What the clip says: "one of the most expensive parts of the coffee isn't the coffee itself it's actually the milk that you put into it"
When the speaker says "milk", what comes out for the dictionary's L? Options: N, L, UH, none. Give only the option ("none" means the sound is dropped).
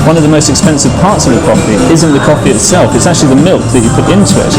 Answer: L